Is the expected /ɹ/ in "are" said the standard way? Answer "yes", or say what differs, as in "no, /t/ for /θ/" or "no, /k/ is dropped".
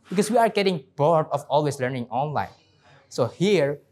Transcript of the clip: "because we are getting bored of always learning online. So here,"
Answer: yes